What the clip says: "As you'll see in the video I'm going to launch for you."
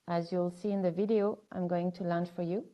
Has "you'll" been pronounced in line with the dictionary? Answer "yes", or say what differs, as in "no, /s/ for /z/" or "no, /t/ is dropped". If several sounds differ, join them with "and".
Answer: yes